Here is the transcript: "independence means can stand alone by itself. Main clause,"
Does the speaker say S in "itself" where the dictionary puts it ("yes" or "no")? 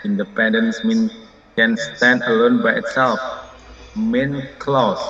yes